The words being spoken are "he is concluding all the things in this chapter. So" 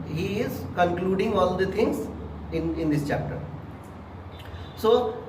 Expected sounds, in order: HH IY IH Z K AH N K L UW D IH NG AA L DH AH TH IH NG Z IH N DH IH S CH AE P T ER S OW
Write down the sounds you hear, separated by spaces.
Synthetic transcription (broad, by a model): HH IY IH Z K AH N K L UW D IH NG AA L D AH T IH NG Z IH N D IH S CH AE P T ER S OW